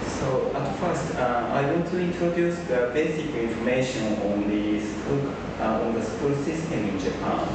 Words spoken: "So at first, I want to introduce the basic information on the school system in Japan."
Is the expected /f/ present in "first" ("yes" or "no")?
yes